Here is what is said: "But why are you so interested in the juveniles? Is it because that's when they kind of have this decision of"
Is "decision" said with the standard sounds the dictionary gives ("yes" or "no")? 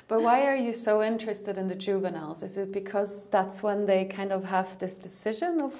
yes